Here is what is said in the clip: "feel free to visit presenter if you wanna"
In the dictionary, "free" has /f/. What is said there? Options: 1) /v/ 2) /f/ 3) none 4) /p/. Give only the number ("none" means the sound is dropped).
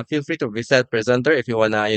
2